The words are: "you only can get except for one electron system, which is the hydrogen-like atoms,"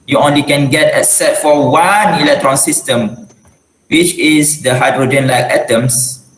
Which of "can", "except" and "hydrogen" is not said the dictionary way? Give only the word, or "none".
except